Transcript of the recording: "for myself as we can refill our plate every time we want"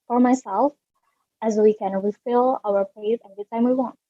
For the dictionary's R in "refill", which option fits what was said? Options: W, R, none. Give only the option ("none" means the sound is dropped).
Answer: W